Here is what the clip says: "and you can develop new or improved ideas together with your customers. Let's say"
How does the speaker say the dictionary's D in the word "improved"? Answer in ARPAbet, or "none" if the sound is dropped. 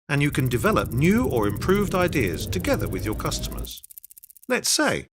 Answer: D